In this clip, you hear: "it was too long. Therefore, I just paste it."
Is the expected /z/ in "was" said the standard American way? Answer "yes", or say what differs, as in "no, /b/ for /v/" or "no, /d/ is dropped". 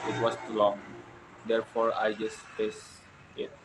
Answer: no, /s/ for /z/